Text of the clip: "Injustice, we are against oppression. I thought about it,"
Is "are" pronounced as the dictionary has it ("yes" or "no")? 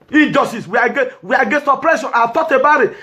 no